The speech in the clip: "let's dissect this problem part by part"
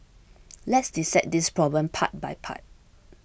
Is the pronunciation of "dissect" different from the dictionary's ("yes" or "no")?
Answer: yes